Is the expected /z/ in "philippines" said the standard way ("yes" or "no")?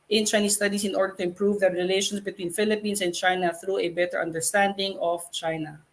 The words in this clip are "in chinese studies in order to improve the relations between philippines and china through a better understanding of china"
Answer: no